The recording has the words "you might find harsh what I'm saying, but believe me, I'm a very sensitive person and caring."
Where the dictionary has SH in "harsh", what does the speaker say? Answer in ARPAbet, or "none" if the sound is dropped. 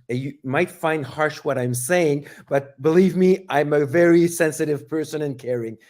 SH